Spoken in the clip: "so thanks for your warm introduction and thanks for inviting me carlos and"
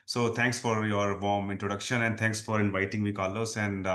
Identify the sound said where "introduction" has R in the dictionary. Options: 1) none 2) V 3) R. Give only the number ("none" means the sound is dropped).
3